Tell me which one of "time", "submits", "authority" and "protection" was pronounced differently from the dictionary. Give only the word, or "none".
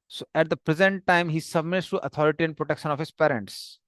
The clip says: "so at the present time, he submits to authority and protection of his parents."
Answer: authority